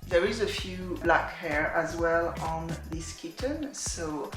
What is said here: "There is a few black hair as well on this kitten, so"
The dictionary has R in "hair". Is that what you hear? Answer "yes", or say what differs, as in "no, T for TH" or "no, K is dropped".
yes